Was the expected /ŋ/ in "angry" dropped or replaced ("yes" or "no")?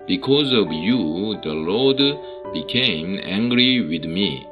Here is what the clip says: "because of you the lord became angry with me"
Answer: no